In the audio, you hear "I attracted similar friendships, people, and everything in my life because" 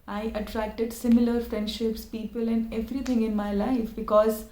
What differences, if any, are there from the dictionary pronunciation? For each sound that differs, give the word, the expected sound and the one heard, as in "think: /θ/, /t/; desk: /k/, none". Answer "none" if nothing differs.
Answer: everything: /θ/, /t/